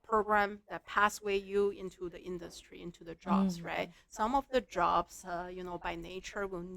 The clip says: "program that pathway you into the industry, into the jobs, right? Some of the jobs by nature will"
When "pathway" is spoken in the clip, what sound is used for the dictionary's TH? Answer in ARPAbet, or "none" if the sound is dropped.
S